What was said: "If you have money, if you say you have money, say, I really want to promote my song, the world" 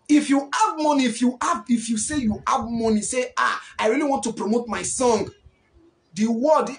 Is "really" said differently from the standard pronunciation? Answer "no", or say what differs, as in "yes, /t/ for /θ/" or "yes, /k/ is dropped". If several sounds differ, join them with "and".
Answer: no